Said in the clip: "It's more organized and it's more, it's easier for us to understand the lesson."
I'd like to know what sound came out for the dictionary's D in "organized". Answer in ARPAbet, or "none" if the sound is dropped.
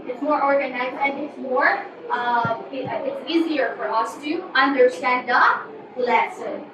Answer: none